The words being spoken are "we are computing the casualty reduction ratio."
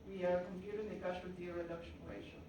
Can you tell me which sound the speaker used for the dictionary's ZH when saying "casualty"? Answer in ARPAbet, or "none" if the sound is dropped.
SH